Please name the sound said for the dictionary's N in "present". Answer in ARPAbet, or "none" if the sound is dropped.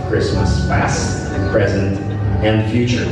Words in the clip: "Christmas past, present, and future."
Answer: N